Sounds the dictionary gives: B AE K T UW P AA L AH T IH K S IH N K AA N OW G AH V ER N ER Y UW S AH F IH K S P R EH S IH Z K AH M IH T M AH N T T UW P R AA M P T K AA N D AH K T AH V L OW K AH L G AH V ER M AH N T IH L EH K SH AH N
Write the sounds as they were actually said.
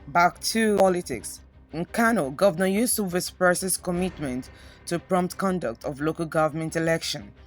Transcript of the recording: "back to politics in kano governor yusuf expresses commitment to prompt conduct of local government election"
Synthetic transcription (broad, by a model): B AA K T UW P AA L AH T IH K S IH N K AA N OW G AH V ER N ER Y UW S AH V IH S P EH S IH S K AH M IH T M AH N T T UW P R AA M P T K AA N D AH K T AH V L OW K AH L G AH V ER M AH N T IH L EH K SH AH N